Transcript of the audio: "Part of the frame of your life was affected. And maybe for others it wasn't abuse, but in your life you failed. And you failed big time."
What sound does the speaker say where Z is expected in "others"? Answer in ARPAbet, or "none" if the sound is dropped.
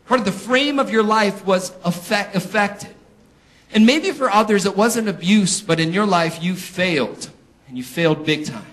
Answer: Z